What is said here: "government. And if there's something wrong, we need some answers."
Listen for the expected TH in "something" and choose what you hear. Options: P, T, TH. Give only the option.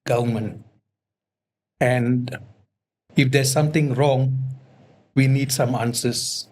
T